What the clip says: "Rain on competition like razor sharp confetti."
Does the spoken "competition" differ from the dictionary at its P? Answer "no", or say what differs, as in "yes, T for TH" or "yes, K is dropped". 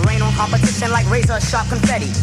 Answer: yes, B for P